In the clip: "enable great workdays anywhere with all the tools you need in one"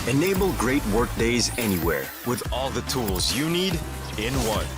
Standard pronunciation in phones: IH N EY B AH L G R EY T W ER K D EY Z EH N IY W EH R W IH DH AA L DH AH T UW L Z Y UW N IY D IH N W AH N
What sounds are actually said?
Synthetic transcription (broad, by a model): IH N EY B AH L G R EY T W ER K D EY Z EH N IY W EH R W IH DH AA L DH AH T UW L Z Y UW N IY D IH N W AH N